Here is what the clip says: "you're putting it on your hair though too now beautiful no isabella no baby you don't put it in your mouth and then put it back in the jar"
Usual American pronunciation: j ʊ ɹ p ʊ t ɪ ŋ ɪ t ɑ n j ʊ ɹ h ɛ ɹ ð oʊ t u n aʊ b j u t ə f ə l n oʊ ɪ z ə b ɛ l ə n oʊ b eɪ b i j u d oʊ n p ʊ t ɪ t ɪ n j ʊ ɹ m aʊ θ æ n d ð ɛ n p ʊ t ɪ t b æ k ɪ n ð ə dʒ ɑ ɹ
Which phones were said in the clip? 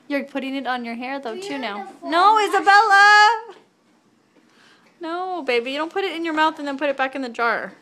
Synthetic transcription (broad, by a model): j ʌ ɹ p ʊ t ɪ ŋ ɪ t n j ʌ ɹ h ɛ ɹ ð oʊ t u n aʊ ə ə n oʊ ɪ z ə b ɛ l ə n oʊ b eɪ b i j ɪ d oʊ n p ʊ t ɪ t ɪ n j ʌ ɹ m aʊ θ n ð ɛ n p ʊ t ɪ t b æ k ɪ n ð ə dʒ ɑ ɹ